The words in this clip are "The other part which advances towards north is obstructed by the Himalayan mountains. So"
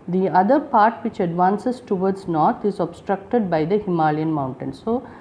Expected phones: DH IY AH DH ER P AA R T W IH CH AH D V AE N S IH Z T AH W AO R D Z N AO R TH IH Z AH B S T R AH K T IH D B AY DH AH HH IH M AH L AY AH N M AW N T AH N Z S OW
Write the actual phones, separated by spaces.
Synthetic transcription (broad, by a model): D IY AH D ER P AA R T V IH CH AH D V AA N S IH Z T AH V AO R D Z N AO R T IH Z AH B S T R AH K T IH D B AY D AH HH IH M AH L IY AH N M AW N T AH N S OW